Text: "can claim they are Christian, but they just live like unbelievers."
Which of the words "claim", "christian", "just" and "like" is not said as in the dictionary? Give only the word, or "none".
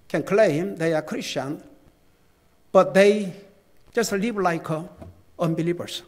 none